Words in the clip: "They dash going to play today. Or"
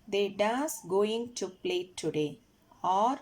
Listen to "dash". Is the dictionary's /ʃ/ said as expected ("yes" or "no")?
no